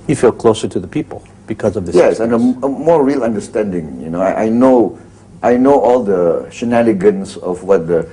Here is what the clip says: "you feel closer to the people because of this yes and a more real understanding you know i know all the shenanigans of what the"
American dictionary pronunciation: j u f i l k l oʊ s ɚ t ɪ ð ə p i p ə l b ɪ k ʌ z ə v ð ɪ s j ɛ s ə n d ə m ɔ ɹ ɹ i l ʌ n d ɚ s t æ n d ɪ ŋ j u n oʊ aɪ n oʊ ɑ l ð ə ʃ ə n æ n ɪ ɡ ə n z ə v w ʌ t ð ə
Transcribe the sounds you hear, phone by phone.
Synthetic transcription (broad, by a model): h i f i l k l oʊ s ɚ t ɪ ð ə p i p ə l b ɪ k ʌ z ə v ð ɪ j ɛ s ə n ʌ ə m ɔ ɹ ɹ i l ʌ n d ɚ s t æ n d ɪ ŋ j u n oʊ aɪ n oʊ ɑ l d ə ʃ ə n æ l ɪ ɡ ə n s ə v w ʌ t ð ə